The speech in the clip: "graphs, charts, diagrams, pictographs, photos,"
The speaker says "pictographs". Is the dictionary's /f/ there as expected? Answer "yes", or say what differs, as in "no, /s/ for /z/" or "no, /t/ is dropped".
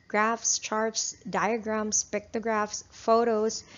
yes